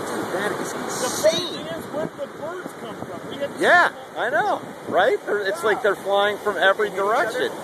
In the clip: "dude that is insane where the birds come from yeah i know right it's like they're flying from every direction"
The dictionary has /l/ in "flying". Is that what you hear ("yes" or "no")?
yes